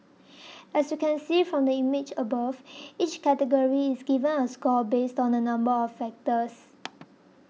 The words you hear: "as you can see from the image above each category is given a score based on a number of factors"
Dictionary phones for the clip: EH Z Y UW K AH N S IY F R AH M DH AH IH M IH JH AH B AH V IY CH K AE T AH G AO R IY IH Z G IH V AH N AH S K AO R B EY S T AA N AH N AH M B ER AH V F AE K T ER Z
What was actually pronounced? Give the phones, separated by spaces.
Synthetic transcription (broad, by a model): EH S Y UW K AH N S IY F R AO M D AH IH M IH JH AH B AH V IY CH K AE T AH G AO R IY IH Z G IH V AH N AH S K AO L B EY S T AA N AH N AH M B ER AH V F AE K T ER S